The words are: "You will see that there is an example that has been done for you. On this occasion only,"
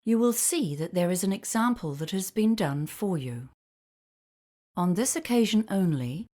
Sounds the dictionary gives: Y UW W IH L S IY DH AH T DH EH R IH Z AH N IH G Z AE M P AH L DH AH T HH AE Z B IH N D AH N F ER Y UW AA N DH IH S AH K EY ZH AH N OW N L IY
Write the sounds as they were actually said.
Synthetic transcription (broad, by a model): Y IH W IH L S IY DH AH T DH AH R IH Z AH N IH G Z AE M P AH L DH AH T HH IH Z B IH N D AH N F ER Y UW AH N DH IH S AH K EY ZH AH N OW N L IY